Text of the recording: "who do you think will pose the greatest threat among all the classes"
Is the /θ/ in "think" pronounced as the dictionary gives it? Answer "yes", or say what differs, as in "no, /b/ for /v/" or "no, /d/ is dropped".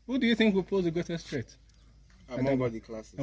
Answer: yes